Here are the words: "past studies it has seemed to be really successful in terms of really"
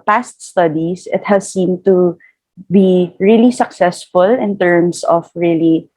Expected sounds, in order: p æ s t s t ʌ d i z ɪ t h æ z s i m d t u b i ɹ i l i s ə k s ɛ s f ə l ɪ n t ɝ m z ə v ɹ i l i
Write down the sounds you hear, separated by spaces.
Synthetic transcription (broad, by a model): p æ s t s t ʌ d i s ɪ t h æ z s i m t u b i ɹ i l i s ə k s ɛ s f ə l ɪ n t ɝ m s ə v ɹ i l i